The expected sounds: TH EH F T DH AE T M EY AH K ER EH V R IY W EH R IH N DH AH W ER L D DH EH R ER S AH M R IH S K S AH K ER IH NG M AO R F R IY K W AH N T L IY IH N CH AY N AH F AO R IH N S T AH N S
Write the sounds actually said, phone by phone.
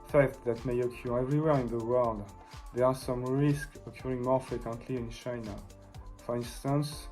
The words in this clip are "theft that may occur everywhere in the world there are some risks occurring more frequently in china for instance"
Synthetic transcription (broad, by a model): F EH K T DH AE T M EY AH K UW EH V R IY W EH R IH N DH AH W ER L D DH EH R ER S AH M R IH S K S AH K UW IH NG M AO R F R IY K W AH N T L IY IH N CH AY N AH F AO R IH N S T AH N S